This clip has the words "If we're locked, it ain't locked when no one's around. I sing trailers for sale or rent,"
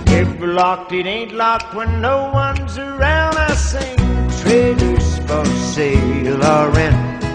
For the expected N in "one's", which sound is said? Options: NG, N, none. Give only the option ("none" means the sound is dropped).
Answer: N